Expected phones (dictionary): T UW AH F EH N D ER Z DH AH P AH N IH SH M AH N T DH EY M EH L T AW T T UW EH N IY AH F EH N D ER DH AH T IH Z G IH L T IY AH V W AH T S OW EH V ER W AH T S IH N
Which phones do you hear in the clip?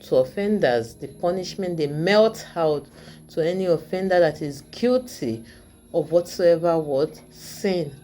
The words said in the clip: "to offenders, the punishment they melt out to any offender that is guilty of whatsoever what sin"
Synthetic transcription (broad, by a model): T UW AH F EH N D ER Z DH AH P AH N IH SH M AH N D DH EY M EH L T AW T T UW EH N IY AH F EH N D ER DH AH T IH Z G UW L T IY AH V W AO T S OW EH V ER W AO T S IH N